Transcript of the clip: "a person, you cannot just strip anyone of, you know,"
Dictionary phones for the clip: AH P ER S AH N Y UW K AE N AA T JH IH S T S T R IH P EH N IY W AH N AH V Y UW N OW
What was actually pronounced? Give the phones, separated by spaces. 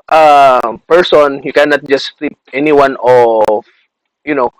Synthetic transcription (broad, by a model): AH P ER S AH N Y UW K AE N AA T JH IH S S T IY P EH N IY W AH N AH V Y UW N OW